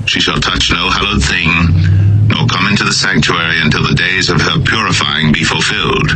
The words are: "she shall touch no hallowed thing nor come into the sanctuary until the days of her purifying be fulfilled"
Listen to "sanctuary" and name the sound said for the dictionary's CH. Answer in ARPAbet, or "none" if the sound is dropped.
CH